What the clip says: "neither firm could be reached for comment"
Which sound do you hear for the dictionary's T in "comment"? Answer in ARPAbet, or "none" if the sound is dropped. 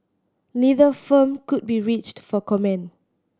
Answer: none